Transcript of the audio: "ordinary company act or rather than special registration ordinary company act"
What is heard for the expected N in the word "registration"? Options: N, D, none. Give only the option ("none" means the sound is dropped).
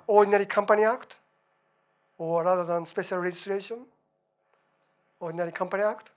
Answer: N